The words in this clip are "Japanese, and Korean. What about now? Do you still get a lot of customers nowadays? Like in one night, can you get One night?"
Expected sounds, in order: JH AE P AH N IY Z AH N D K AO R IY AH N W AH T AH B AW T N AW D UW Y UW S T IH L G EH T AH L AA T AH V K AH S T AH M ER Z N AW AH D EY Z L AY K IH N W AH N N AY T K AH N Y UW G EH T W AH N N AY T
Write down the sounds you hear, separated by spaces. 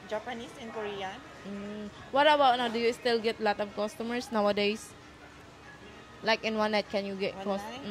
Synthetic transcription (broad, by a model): JH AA P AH N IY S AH N K AO R IY AH N W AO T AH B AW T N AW D UW Y UW S T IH L G EH T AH L AA T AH K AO S T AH M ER S N AW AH D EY S L AY K IH N W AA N N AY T K AH N Y UW G EH T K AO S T